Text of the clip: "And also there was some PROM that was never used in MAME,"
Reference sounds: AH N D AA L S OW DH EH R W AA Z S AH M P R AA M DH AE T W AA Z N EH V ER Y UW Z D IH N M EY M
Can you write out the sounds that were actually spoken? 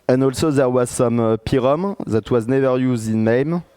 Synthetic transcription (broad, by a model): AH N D AA L S OW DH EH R W AA Z S AH M P R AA M DH AE T W AA Z N EH V ER Y UW Z D IH N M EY M